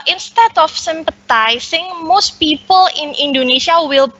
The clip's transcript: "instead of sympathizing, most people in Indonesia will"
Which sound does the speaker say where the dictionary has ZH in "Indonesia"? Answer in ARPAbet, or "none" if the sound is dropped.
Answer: S